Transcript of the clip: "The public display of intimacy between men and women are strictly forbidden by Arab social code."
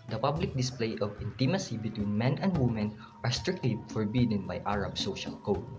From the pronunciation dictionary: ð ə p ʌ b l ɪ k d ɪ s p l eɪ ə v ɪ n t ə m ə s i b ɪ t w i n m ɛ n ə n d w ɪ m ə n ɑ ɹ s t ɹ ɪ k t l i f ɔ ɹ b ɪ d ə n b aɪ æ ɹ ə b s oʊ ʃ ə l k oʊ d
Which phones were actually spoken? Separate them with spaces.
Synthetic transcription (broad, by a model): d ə p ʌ b l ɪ k d ɪ s p l eɪ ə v ɪ n t ə m ə s i b ɪ t w i n m ɛ n ə n d w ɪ m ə n ɑ ɹ s t ɹ ɪ k t l i f ɔ ɹ b ɪ d ə n b aɪ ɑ ɹ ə b s oʊ ʃ ə l k oʊ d